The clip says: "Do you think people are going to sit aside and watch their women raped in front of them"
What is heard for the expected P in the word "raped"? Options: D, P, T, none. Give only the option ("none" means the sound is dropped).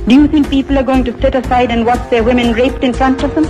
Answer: P